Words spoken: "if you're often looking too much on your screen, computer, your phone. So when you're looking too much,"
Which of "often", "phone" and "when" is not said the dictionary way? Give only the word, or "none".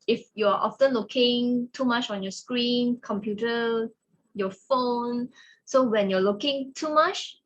none